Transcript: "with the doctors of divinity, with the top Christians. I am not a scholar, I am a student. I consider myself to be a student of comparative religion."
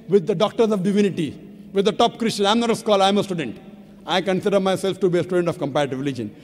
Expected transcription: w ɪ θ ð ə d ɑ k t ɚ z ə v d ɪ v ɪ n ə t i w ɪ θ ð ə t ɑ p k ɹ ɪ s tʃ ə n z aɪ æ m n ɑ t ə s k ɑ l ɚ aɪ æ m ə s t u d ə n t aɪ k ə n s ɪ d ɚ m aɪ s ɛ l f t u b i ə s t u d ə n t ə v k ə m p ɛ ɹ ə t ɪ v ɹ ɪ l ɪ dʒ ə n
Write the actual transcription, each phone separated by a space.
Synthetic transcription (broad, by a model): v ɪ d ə d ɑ k t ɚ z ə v d ɪ v ɪ n ə t i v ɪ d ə t ɑ p k ɹ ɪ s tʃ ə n aɪ m n ɑ t ə s k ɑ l aɪ m ə s t u d ə n t aɪ k ə n s ɪ d ɚ m aɪ s ɛ l f t u b i ə s t u d ə n t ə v k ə m p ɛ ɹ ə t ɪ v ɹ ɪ l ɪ dʒ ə n